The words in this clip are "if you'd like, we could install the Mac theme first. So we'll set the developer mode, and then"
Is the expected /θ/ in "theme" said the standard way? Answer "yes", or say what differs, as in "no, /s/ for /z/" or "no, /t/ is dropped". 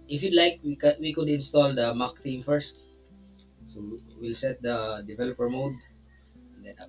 no, /t/ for /θ/